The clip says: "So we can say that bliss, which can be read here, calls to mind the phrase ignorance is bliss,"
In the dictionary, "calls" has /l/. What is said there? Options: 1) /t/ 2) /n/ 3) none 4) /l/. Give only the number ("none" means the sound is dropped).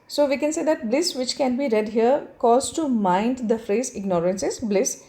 3